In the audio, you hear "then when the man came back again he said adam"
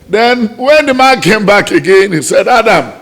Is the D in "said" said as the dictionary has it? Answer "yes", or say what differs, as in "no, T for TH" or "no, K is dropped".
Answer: yes